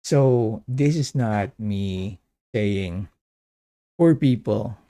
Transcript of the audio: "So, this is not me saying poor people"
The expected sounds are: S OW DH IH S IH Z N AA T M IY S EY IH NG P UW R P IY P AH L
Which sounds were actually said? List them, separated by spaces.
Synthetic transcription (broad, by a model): S OW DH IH S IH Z N AA T M IY S EY IH NG F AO R P IY P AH L